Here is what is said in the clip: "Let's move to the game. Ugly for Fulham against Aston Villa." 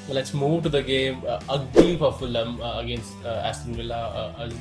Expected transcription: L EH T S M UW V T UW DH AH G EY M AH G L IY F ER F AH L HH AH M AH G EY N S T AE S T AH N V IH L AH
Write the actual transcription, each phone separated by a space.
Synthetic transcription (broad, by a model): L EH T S M UW V T UW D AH G EY M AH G IY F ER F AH L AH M AH G EY N S T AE S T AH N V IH L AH